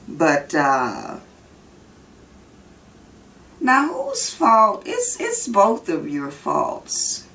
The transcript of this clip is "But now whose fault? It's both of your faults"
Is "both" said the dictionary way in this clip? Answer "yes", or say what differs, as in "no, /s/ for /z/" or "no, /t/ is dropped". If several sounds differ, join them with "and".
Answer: yes